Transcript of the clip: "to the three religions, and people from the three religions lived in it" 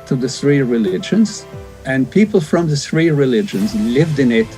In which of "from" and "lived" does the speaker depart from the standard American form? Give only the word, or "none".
none